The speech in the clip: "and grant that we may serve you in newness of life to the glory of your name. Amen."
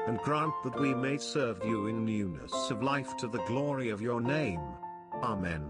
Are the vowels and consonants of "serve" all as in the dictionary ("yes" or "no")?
yes